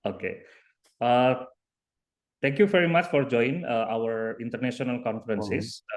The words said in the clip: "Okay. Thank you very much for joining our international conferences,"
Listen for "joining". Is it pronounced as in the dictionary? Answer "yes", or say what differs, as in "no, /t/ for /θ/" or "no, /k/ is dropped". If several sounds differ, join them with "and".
no, /n/ is dropped